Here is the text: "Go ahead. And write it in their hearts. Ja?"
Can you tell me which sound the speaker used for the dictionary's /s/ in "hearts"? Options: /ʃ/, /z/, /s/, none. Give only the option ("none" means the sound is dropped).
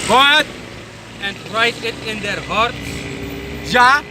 none